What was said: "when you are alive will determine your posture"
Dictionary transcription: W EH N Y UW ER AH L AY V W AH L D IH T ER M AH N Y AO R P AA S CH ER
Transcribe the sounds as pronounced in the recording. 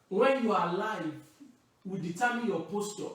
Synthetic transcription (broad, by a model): W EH N Y UW AH L AY V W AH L D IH T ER M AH N Y AO P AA S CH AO